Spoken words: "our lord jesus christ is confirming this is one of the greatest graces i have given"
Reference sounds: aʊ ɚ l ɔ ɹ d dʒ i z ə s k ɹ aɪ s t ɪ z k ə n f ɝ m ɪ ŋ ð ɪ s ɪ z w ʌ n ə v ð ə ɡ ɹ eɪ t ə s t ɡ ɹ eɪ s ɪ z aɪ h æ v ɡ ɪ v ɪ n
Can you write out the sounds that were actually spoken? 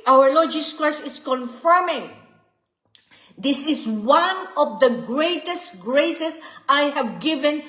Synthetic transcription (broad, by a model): aʊ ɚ l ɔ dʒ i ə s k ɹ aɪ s ɪ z k ə n f ɝ m ɪ ŋ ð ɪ s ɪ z w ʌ n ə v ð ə ɡ ɹ eɪ t ə s t ɡ ɹ eɪ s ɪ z aɪ h æ v ɡ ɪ v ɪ n